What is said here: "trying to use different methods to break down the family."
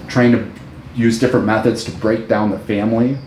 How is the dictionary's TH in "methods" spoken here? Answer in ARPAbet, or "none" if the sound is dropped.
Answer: TH